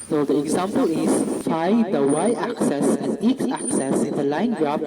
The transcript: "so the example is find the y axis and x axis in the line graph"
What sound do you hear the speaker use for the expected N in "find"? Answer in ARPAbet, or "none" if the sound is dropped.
none